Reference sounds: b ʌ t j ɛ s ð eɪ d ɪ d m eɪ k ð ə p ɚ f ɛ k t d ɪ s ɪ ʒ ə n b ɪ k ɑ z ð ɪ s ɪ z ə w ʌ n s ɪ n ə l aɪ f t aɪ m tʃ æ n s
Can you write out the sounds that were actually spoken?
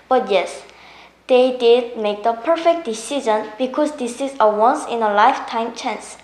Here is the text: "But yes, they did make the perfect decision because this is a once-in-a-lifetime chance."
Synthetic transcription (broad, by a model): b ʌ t j ɛ s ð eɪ d ɪ d m eɪ k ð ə p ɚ f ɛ k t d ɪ s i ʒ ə n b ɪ k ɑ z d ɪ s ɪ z ə w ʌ n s ɪ n ə l aɪ f t aɪ m tʃ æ n s